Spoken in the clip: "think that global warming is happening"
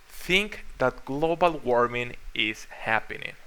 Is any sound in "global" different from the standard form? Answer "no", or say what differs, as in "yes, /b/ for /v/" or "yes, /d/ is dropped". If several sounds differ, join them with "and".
no